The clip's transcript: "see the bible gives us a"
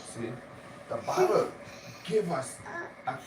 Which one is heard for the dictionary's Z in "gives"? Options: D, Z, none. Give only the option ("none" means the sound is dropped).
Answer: none